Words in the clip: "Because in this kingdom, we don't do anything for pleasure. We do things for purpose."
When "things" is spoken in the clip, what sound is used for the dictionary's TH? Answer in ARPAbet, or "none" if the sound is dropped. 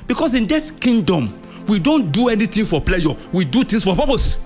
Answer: T